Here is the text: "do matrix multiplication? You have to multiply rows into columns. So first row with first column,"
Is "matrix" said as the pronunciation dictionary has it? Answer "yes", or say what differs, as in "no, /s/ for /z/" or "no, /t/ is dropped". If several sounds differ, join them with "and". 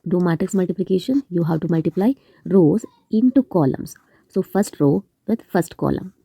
no, /ɹ/ is dropped